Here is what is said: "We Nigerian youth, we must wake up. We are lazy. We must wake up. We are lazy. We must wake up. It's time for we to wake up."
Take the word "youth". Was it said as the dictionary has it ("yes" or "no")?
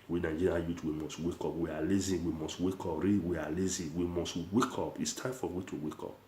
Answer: no